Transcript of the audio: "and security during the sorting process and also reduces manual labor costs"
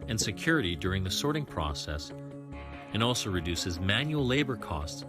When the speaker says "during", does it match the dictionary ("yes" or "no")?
yes